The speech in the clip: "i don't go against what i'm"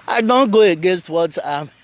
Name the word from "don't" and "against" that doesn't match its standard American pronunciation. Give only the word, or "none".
none